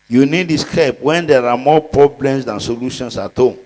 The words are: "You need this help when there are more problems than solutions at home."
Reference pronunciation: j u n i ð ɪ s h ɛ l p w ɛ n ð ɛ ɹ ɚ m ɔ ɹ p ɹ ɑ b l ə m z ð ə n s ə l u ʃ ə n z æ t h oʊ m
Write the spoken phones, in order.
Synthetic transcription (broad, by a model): j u n i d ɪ s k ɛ p w ɛ n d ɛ ɹ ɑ m ɔ p ɹ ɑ b l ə m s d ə n s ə l u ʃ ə n s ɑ t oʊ